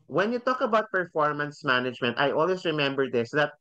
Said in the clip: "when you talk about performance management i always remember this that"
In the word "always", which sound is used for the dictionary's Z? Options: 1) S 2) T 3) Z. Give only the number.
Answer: 1